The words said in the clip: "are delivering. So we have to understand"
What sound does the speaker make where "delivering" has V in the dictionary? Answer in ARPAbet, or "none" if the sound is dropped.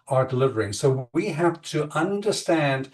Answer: V